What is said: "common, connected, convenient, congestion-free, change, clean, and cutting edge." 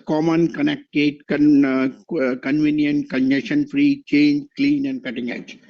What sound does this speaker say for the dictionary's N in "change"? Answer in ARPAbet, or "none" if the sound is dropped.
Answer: N